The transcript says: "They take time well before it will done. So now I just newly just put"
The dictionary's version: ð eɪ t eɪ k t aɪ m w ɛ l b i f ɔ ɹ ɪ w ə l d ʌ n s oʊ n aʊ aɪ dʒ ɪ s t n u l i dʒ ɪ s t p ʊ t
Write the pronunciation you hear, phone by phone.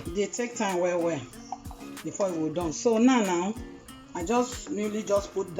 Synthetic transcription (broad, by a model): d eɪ t eɪ k t aɪ m w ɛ w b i f ɔ ɪ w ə d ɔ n s oʊ n aʊ aɪ dʒ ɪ s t n u l i dʒ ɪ s p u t